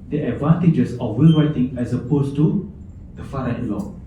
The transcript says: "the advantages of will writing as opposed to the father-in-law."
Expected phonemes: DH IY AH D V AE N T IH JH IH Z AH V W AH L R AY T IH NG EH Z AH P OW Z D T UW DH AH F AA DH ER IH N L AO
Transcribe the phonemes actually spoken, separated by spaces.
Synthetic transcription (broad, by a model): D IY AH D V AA N T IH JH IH S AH F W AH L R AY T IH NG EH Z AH P OW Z T UW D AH F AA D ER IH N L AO